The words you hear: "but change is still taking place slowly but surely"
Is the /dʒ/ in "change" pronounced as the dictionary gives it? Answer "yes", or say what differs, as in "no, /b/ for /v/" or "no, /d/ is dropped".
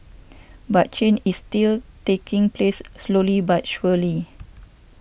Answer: no, /dʒ/ is dropped